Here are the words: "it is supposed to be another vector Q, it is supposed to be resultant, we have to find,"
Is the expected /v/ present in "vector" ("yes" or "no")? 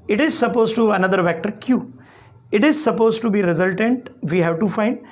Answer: yes